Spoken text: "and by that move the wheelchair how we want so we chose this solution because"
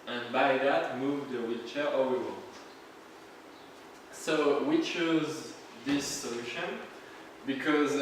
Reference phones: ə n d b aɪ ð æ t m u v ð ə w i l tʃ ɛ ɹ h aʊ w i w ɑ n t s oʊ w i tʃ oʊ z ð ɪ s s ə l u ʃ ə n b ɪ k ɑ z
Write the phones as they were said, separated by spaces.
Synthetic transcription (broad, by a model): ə n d b aɪ ð æ t m u v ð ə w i tʃ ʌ ɹ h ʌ w i w ɑ n t s oʊ w i tʃ oʊ z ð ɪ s s ə l u ʃ ə n b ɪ k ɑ z